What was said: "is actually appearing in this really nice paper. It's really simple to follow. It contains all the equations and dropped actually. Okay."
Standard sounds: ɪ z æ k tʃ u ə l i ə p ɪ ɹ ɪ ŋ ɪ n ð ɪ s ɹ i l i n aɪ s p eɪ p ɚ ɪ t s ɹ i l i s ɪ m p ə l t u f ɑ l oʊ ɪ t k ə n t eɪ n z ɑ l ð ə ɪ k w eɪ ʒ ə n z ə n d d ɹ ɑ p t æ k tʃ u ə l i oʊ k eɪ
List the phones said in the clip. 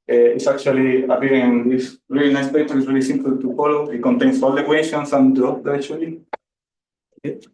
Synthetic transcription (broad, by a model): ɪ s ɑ k tʃ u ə l i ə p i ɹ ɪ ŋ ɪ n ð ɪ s ɹ i l i n aɪ s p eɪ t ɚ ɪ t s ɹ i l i s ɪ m p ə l t u f ɑ l oʊ ɪ t k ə n t eɪ n s ɑ l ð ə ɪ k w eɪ ʃ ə n s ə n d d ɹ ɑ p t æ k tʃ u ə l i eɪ